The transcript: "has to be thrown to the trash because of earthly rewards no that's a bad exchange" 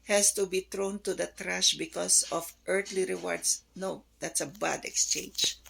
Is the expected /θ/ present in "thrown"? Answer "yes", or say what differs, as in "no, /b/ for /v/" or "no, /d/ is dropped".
no, /t/ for /θ/